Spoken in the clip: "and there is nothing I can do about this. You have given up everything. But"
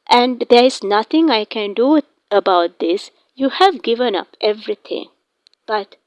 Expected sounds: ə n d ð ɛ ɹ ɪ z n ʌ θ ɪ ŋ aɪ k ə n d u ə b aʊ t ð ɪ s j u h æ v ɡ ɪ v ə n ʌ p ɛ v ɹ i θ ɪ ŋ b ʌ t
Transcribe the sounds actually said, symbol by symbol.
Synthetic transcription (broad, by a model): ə n d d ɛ ɹ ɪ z n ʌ t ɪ ŋ aɪ k ə n d u ə b aʊ t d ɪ s j u h æ v ɡ ɪ v ə n ʌ p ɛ v ɹ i t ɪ ŋ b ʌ t